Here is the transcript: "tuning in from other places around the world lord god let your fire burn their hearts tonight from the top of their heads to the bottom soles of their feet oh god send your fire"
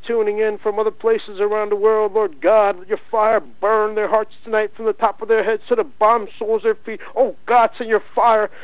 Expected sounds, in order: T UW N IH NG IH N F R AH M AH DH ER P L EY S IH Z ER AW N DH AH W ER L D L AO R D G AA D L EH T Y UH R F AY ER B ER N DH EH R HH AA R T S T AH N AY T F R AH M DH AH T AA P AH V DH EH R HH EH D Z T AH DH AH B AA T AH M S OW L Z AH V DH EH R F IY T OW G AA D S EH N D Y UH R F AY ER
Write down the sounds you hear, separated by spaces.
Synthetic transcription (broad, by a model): T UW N IH NG IH N F R AH M AH DH ER P L EY S IH Z ER AW N DH AH W ER L D L AO R D G AA D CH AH R F AY ER B ER N DH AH R HH AA R T S T AH N AY T F R AH M DH AH T AA P AH V DH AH R HH EH D Z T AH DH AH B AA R M S OW L Z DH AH R F IY T OW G AA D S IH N Y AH R F AY ER